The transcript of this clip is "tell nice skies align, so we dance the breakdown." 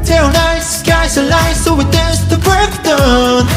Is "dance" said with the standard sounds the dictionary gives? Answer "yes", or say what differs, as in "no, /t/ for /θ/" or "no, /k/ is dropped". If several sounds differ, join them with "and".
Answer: no, /n/ is dropped